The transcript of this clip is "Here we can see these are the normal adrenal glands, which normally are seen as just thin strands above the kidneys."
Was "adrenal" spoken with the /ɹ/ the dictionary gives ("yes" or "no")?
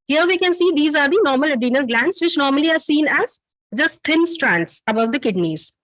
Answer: no